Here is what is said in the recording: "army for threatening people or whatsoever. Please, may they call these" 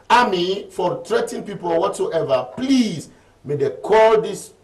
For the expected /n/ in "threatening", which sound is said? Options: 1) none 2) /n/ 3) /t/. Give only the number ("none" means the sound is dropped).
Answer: 1